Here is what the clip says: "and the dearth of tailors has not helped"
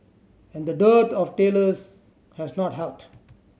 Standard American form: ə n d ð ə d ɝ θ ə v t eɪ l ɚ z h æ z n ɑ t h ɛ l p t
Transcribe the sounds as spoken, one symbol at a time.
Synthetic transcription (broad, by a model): ə n d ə d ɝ t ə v t eɪ l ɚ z h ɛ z n ɑ t h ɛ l t